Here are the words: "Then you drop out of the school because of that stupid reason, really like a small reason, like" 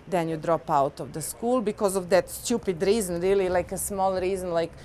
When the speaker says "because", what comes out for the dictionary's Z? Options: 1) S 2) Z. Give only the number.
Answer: 2